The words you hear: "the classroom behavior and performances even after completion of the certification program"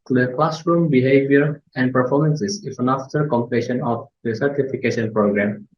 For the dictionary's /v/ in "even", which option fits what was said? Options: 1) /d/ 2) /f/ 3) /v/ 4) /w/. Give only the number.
2